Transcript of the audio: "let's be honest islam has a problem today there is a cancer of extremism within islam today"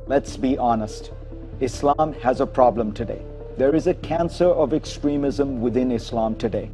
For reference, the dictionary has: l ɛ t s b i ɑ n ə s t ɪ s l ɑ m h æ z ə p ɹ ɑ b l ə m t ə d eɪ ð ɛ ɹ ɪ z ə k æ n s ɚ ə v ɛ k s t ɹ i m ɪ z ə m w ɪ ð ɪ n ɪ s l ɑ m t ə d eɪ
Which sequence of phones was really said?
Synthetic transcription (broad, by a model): l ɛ t s b i ɑ n ə s t ɪ s l ɑ m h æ z ə p ɹ ɑ b l ə m t ə d eɪ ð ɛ ɹ ɪ z ə k æ n s ɚ ə v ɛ k s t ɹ i m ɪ z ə m w ɪ ð ɪ n ɪ s l ɑ m t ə d eɪ